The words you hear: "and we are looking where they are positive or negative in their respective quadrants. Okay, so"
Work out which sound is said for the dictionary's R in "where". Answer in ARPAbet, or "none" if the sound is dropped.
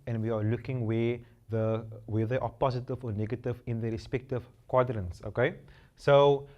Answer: W